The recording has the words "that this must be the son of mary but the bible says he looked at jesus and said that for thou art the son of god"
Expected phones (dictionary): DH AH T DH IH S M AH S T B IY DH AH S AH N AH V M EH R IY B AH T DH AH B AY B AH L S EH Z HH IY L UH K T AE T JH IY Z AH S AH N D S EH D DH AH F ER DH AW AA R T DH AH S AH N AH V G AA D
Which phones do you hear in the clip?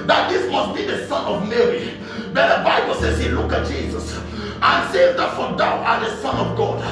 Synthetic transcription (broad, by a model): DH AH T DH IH S M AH S T B IY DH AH S AH N AH V M EH R IY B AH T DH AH B AY B AH L S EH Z HH IY L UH K AA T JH IY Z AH S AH N S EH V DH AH F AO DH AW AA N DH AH S AH N AH V G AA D